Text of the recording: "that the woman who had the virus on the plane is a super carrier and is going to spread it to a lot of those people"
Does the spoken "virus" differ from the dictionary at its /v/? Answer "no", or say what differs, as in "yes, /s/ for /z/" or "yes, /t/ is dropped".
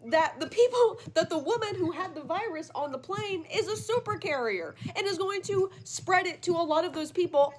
no